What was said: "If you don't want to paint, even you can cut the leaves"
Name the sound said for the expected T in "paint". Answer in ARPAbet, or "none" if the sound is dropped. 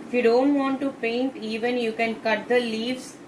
T